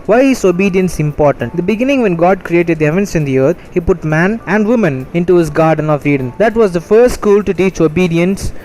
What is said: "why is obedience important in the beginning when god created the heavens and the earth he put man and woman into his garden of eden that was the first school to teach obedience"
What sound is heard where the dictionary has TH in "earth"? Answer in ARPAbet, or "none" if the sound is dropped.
T